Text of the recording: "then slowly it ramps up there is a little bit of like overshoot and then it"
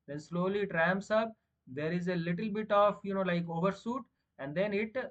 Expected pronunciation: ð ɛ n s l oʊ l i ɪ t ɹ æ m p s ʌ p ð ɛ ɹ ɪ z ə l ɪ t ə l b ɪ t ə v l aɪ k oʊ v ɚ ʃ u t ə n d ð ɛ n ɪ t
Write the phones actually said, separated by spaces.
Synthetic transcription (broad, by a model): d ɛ n s l oʊ l i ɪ t ɹ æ m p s ʌ p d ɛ ɹ ɪ z ə l ɪ t ə l b ɪ t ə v l aɪ k oʊ v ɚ s u t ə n d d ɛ n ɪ t